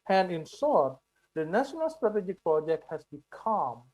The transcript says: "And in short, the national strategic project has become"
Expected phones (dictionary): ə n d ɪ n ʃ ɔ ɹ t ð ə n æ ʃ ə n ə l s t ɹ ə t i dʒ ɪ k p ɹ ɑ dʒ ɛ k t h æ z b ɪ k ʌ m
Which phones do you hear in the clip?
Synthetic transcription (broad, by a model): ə n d ɪ n s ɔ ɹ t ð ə n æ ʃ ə n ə l s t ɹ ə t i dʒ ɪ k p ɹ ɑ dʒ ɛ k t h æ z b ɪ k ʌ m